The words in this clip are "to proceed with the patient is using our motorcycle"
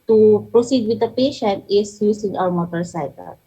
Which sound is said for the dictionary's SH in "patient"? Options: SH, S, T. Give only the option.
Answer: SH